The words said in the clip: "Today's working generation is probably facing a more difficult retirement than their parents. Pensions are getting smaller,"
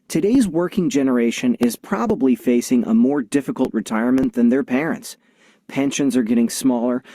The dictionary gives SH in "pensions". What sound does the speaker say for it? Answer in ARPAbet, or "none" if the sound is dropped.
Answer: SH